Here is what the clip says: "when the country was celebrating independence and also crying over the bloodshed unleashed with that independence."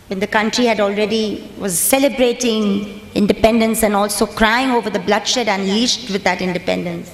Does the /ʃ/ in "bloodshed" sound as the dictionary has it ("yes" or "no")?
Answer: yes